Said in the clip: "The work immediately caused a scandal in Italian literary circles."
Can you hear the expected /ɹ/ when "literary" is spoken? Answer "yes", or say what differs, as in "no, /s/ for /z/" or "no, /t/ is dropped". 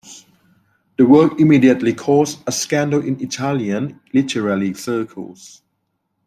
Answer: no, /l/ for /ɹ/